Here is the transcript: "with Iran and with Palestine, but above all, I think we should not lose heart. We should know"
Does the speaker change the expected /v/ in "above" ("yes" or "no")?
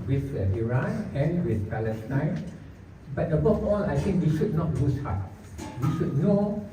yes